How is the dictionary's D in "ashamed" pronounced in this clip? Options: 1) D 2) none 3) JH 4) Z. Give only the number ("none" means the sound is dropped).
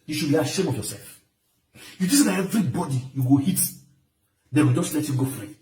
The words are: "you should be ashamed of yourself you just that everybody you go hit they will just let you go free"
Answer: 2